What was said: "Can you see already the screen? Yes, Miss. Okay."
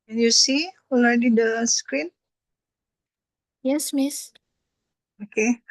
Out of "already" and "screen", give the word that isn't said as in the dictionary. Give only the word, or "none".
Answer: already